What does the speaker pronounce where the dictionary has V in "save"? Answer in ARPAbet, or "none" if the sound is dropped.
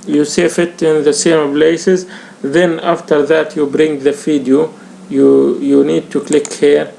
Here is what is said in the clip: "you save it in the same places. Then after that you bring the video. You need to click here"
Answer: F